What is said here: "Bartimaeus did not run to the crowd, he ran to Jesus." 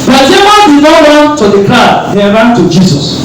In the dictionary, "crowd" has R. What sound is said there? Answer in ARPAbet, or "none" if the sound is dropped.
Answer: none